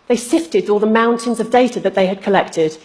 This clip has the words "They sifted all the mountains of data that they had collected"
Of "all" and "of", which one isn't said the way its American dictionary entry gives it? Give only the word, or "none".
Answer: none